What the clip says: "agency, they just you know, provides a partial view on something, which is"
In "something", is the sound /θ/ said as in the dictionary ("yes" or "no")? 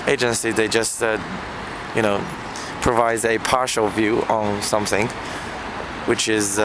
yes